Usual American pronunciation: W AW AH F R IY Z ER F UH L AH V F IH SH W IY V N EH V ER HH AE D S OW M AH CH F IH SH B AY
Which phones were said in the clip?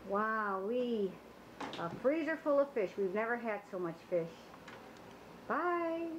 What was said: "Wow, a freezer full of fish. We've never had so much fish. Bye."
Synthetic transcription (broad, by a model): W AW AH F R IY Z ER F UH L AH V F IH SH W IY V N EH V ER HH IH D S OW M AH CH F IH SH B AY